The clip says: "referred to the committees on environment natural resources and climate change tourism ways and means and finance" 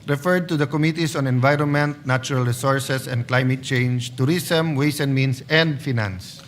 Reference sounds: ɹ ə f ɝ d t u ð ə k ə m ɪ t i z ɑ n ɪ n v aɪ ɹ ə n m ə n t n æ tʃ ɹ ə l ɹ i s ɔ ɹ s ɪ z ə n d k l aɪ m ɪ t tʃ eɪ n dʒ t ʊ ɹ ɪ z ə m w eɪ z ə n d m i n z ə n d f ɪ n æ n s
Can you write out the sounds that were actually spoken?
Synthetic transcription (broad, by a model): ɹ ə f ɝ d t u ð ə k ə m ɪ t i s ɑ n ɪ n v aɪ ɹ ə n m ə n t n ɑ tʃ ɹ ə l ɹ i s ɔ ɹ s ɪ s ə n d k l aɪ m ɪ t tʃ eɪ n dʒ t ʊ ɹ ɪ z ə m w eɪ s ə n m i n s ə n d f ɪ n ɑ n s